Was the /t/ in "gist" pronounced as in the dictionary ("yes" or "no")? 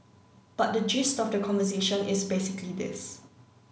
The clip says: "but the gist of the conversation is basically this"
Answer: yes